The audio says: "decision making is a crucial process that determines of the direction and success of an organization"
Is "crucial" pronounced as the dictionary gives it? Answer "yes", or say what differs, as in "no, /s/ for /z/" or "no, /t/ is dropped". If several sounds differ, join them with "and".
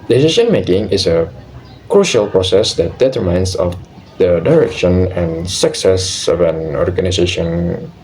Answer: yes